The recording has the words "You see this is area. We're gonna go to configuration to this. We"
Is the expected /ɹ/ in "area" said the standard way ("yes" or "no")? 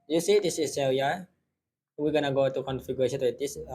no